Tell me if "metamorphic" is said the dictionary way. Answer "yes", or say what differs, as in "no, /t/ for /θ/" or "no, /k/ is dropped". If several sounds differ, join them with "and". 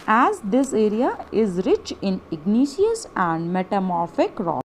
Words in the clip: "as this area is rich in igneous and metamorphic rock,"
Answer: yes